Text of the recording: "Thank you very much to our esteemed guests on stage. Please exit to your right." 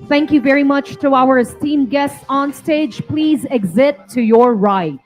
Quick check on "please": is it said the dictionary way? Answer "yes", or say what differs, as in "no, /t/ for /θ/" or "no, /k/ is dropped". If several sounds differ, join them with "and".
yes